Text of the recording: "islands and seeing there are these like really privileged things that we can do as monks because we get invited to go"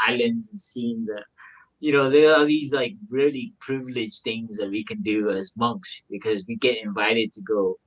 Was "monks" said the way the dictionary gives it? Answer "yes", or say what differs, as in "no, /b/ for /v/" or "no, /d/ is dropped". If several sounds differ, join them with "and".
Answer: yes